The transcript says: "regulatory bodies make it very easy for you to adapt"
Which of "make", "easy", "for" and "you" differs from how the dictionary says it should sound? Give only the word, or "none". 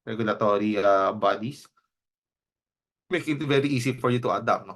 easy